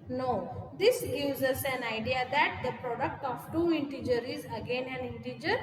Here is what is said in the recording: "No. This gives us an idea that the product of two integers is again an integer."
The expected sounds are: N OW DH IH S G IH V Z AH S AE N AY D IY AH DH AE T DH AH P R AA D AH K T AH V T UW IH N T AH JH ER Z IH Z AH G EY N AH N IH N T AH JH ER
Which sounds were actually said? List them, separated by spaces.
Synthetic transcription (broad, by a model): N OW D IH S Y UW Z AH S AE N AY D IY AH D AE T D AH P R AA D AH K T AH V T UW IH N T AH JH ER IH Z AH G EY N AH N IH N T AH JH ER